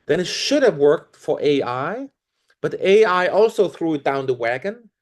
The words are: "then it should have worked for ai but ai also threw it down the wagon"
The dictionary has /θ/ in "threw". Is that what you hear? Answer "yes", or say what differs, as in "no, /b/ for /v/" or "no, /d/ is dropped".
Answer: yes